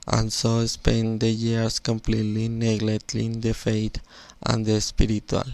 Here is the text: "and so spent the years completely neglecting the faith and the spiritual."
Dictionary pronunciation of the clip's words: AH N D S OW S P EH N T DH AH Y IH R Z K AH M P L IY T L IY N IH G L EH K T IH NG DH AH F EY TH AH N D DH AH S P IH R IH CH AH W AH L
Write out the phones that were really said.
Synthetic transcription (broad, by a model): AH N S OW S P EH N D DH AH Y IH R S K AH M P L IY T L IY N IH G L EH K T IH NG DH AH F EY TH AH N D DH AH S P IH R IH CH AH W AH L